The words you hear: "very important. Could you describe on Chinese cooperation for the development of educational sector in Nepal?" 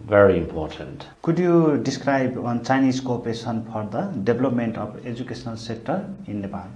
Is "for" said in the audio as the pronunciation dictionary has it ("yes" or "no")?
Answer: no